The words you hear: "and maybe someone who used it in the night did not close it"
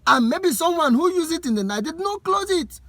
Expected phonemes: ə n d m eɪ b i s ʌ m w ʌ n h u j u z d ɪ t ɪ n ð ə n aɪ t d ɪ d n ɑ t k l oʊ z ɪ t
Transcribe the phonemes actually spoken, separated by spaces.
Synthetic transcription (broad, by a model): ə n m eɪ b i s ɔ m w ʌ n h u j u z ɪ t ɪ n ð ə n aɪ d ɪ d n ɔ k l oʊ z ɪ t